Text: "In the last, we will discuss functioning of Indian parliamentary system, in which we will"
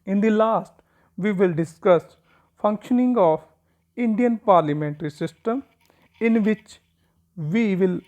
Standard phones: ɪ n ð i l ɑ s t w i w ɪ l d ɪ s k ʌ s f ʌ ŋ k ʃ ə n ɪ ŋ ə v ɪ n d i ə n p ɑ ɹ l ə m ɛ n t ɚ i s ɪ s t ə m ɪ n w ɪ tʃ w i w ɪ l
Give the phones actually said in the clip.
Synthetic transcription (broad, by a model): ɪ n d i l ɑ s t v i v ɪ l d ɪ s k ʌ s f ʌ ŋ k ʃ ə n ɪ ŋ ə p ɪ n d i ə n p ɑ ɹ l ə m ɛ n t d i s ɪ s t ə m ɪ n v ɪ tʃ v i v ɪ l